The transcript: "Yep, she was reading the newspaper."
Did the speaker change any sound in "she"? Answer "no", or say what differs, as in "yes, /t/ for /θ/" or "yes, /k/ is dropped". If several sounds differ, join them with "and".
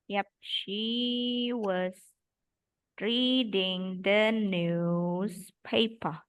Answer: no